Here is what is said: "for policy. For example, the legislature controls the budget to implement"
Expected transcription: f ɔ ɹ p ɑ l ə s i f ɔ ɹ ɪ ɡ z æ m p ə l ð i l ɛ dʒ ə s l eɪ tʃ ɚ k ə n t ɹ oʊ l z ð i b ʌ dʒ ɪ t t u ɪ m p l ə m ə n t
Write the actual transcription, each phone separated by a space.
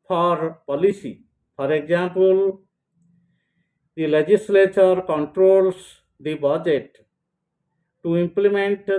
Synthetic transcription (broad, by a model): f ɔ ɹ p ɑ l ə s i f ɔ ɹ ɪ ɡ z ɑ m p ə l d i l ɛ dʒ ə s l eɪ tʃ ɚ k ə n t ɹ oʊ l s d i b ʌ dʒ ɪ t t u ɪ m p l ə m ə n t